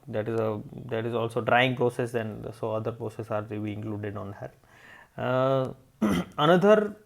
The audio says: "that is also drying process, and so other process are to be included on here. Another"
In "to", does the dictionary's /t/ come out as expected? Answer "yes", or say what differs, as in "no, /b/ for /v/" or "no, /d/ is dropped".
yes